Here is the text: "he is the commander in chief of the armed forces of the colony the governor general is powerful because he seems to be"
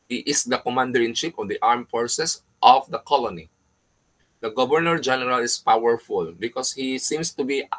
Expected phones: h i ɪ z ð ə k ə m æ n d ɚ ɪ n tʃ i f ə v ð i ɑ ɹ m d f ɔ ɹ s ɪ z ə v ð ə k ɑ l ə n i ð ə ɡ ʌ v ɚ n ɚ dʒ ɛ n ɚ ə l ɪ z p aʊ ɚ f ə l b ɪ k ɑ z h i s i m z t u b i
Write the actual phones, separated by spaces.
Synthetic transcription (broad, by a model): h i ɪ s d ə k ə m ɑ n d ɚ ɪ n ʃ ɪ p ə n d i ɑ ɹ m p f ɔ ɹ s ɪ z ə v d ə k ɑ l ə n i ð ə ɡ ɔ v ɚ n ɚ dʒ ɛ n ɚ ə l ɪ s p aʊ ɚ f ə l b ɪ k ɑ s h i s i m s t u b i